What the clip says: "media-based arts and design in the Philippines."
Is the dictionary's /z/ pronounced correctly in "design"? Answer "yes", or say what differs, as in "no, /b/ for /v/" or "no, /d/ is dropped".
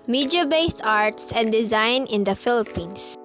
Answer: yes